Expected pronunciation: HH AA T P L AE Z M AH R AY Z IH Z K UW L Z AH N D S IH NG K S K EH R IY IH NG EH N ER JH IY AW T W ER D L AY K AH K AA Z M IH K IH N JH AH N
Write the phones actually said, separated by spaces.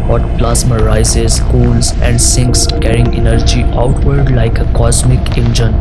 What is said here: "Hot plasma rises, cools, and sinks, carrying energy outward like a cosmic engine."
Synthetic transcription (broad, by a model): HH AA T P L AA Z M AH R AY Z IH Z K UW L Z AH N D S IH NG K S K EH R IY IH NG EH N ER JH IY AW T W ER D L AY K AH K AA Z M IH K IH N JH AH N